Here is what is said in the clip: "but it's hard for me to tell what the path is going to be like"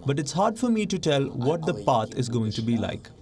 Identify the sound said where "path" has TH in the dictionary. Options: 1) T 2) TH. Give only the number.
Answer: 1